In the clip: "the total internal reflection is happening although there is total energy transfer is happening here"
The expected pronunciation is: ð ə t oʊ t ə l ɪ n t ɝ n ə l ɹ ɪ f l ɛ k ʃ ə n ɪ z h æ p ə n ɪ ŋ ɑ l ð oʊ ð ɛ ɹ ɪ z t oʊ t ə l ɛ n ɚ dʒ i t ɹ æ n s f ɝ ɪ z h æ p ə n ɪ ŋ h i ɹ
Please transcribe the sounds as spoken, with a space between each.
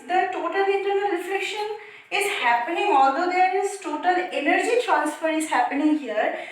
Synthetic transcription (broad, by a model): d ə t oʊ t ə l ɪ n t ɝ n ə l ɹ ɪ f ɛ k ʃ ə n ɪ z h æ p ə n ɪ ŋ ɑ l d oʊ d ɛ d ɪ s t oʊ t ə l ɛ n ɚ dʒ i t ɹ æ n s f ɝ ɪ z h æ p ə n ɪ ŋ h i ɹ